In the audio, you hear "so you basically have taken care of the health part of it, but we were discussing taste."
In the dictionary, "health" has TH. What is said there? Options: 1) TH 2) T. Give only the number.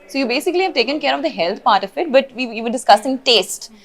2